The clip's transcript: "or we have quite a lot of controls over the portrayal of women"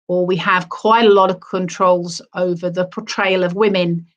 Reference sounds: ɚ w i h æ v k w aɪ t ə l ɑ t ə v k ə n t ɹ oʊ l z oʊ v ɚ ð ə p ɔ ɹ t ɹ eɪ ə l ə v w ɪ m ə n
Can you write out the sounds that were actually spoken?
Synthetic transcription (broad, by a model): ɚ w i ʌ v k w aɪ t ə l ɑ t ə v k ə n t ɹ oʊ l z oʊ v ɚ ð ə p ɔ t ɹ eɪ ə l ə v w ɪ m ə n